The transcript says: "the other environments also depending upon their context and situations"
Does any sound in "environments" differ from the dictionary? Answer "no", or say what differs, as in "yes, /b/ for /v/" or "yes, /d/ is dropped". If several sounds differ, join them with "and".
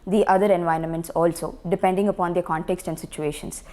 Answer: no